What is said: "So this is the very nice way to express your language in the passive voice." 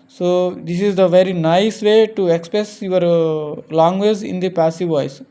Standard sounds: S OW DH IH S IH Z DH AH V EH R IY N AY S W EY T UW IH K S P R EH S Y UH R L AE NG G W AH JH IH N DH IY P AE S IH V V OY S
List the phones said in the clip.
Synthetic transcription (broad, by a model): S OW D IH S IH Z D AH V EH R IY N AY S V EY T UW IH K S P R EH S Y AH R L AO NG G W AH Z IH N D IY P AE S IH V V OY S